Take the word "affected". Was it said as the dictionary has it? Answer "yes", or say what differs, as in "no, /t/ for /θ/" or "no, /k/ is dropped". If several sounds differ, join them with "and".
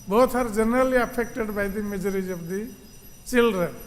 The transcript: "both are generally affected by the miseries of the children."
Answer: no, /p/ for /f/